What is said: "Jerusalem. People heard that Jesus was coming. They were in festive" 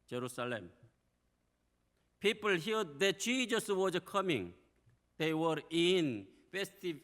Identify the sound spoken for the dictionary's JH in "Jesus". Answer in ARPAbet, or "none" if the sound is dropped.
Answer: CH